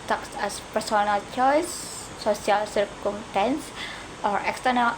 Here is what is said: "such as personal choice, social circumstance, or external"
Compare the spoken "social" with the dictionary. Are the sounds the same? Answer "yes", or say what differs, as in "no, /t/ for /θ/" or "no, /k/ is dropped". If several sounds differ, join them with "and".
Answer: no, /ʃ/ is dropped